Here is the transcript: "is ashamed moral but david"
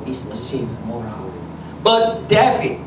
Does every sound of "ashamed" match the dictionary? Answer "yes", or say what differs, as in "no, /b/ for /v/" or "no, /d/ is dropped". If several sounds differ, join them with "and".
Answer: no, /s/ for /ʃ/